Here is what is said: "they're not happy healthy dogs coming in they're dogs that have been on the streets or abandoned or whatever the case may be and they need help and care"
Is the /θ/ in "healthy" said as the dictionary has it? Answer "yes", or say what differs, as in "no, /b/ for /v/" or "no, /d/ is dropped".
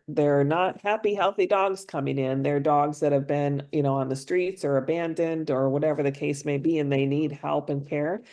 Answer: yes